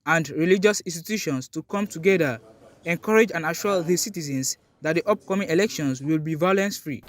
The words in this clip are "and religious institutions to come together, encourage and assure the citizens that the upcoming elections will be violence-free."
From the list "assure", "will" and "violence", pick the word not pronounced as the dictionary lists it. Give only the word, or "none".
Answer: assure